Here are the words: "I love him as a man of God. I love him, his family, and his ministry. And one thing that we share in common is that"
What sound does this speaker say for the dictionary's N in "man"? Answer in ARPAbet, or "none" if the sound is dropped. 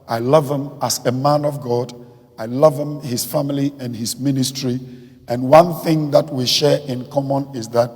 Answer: N